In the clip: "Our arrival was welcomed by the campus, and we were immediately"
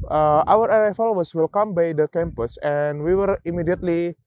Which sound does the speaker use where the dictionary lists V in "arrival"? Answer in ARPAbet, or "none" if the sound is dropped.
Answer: F